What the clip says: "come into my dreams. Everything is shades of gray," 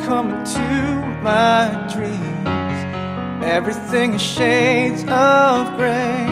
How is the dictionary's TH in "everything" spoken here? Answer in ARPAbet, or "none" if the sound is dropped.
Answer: TH